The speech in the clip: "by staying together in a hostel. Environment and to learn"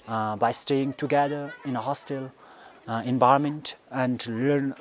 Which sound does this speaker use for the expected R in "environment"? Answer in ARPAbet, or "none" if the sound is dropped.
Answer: none